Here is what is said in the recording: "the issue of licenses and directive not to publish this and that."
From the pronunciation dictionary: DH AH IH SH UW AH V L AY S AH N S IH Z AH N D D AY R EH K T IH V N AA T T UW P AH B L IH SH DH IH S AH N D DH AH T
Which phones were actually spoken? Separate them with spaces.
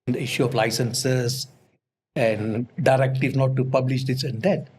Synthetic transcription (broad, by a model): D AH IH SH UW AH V L AY S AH N S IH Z AH N D D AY R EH K T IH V N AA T T UW P AH B L IH SH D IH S AH N D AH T